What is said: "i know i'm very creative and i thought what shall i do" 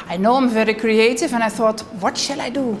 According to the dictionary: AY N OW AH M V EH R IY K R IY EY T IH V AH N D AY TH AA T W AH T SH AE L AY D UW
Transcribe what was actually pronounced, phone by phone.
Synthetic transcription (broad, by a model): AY N OW AH M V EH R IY K R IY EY T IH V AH N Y TH AA T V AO T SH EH L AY D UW